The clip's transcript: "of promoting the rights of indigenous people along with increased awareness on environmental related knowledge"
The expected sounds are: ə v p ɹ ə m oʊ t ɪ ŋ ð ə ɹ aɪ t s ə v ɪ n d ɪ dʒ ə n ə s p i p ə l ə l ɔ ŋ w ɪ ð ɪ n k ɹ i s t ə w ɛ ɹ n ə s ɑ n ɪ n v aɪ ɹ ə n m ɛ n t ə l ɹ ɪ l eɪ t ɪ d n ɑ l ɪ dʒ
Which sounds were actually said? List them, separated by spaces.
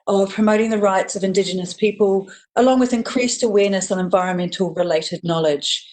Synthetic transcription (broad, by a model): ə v p ɹ ə m oʊ t ɪ ŋ ð ə ɹ aɪ t s ə v ɪ n d ɪ dʒ ə n ə s p i p ə l ə l ɔ ŋ w ɪ ð ɪ n k ɹ i s t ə w ɛ n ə s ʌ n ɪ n v aɪ ɹ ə n m ɛ n t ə l ɹ ɪ l eɪ t ɪ d n ɑ l ɪ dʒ